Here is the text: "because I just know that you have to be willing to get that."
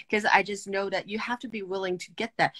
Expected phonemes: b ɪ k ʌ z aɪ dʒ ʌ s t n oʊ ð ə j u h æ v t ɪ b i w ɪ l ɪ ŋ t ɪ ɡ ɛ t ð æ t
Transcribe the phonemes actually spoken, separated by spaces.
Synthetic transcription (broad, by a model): k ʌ z aɪ dʒ ʌ s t n oʊ ð ə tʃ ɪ h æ f t ɪ b i w ɪ l ɪ ŋ t ɪ ɡ ɛ t ð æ t